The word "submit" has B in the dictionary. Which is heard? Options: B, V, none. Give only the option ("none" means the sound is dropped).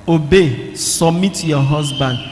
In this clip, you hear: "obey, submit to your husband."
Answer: none